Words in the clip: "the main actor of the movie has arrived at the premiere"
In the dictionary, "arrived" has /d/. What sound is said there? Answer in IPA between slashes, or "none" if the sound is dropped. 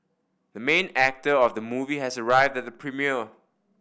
/d/